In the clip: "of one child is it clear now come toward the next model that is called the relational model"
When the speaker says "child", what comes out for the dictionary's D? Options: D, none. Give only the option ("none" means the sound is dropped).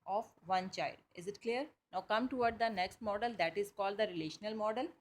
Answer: D